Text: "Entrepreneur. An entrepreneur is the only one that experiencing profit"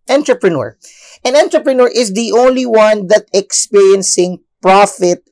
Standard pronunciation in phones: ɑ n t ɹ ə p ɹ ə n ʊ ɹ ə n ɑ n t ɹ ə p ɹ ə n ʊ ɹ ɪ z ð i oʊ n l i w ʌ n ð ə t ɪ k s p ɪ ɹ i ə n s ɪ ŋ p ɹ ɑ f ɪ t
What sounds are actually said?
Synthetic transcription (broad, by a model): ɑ n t ɹ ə p ɹ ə n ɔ ɹ ə n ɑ n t ɹ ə p ɹ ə n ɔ ɹ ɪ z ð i oʊ n l i w ʌ n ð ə t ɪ k s p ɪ ɹ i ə n s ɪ ŋ p ɹ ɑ f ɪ t